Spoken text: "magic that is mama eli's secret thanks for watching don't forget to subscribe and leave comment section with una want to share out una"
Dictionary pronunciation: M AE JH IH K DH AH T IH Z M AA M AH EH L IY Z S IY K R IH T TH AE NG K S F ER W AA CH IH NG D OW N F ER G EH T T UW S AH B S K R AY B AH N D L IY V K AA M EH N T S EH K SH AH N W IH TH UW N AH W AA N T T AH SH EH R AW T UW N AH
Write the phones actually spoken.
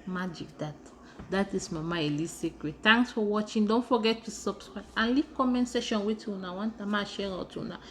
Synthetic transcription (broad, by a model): M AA JH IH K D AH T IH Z M AA M AH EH L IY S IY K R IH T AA NG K S F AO W AA CH IH NG D OW N F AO G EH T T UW S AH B S K R AY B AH N L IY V K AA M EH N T S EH SH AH N W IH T UW N AH W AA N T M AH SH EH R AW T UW N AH